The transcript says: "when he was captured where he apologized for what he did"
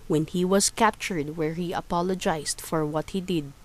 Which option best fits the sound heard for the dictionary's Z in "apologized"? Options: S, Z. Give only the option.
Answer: S